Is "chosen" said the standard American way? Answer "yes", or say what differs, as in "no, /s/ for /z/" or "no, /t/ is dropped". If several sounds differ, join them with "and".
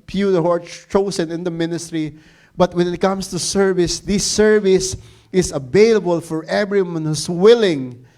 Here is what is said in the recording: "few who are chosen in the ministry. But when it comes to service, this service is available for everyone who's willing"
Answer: no, /s/ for /z/